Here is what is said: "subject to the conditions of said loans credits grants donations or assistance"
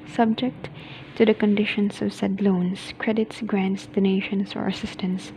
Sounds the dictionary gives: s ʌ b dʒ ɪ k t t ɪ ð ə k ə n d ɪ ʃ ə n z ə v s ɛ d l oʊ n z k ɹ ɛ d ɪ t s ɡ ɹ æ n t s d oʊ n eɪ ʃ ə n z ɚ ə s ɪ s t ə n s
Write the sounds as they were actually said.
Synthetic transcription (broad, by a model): s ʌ b dʒ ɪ k t t ɪ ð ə k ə n d ɪ ʃ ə n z ə v s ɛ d l oʊ n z k ɹ ɛ d ɪ t s ɡ ɹ æ n t s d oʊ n eɪ ʃ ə n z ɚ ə s ɪ s t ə n s